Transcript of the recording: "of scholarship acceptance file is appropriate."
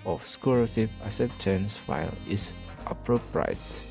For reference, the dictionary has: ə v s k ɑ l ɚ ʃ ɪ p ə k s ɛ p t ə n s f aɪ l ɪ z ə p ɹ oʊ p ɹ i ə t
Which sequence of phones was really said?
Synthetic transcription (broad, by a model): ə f s k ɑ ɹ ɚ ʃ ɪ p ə s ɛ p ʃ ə n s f aɪ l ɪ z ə p ɹ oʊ p ɹ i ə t